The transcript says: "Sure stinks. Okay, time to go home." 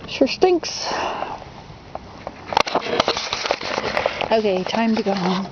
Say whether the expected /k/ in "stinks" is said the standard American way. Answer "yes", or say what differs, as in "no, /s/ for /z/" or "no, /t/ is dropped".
yes